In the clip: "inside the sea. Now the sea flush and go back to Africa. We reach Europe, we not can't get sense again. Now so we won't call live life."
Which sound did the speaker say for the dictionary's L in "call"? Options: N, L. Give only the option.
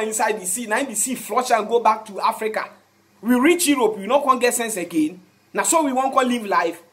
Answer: N